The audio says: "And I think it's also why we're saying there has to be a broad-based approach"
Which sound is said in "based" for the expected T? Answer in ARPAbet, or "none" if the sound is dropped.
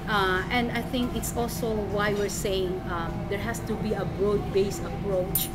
none